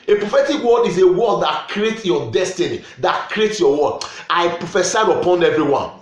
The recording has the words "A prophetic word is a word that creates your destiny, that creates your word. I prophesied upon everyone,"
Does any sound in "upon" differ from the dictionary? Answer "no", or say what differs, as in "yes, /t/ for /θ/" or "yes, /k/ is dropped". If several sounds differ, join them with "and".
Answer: no